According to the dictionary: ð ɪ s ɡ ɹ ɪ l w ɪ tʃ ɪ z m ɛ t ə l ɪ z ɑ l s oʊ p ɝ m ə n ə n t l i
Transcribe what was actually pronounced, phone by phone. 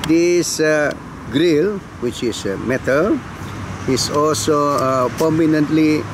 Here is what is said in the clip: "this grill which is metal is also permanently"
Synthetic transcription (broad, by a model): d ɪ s ɡ ɹ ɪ l w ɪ tʃ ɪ s m ɛ t ə l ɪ s ɑ l s oʊ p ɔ m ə n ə n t l i